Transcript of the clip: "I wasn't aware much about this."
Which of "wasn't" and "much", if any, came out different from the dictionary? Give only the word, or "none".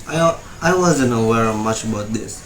none